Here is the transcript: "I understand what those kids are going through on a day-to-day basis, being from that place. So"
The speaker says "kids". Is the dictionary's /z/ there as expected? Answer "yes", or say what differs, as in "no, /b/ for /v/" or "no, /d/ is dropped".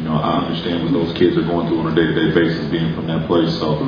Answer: yes